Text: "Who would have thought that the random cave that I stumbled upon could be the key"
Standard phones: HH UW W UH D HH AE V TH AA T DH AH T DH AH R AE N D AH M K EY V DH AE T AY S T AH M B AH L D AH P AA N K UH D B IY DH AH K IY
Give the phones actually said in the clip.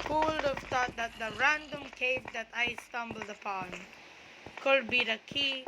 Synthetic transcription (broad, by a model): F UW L D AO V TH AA T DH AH T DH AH R AE N D AH M K EY V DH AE T AY S T AH M B AH L D AH P AA N K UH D B IY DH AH K IY